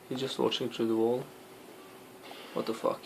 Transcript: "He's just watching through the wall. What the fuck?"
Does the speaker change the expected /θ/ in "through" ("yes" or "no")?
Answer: yes